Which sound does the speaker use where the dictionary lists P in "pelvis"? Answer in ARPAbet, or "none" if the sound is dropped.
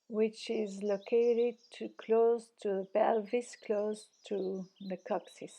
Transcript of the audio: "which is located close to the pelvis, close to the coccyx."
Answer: B